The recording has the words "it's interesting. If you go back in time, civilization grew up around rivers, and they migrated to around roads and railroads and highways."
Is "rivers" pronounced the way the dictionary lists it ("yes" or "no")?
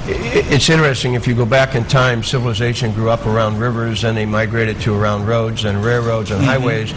yes